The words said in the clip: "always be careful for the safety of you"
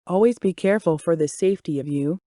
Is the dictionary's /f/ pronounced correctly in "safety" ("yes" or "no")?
yes